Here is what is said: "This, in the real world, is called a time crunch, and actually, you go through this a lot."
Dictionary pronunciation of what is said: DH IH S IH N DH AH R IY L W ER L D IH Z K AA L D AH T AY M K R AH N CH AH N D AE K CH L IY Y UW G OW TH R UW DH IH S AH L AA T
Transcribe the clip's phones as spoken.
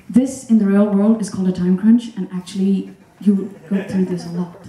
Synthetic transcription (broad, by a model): DH IH S IH N DH AH R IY L W ER L D IH Z K AA L D AH T AY M K R AH N CH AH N AE K CH L IY Y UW G OW TH R UW DH IH S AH L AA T